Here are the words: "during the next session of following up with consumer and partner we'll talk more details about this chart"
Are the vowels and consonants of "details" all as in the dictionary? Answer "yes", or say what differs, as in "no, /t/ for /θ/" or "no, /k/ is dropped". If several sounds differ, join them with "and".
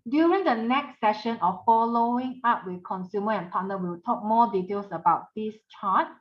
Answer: no, /s/ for /z/